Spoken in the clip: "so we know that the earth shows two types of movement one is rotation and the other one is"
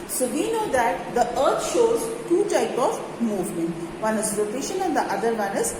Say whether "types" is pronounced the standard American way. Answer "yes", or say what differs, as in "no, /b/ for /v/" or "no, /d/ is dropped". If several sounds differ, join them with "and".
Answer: no, /s/ is dropped